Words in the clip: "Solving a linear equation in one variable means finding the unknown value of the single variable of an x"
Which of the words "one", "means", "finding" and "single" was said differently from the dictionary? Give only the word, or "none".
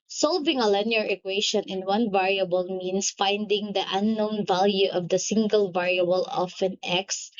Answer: means